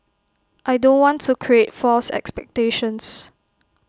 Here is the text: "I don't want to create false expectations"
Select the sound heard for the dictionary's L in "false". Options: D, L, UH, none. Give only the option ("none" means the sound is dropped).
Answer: L